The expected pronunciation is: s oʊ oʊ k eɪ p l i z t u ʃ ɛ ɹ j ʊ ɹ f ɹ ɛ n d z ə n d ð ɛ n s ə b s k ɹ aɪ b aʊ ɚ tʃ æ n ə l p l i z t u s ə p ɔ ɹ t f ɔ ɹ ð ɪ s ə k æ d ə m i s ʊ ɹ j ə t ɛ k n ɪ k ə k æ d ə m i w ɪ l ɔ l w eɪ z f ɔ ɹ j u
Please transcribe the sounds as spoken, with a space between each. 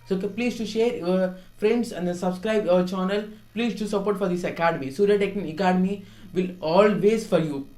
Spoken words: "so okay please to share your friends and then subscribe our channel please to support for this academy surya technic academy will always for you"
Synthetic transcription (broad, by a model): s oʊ oʊ k eɪ p l i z t u ʃ ɛ ɹ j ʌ ɹ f ɹ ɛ n d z ə n d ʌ s ə b s k ɹ aɪ b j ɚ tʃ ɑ n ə l p l i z t u s ə p ɔ ɹ t f ɔ ɹ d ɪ s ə k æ d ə m i s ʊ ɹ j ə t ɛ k ɪ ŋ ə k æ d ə m i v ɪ l ɔ l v eɪ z f ɔ ɹ j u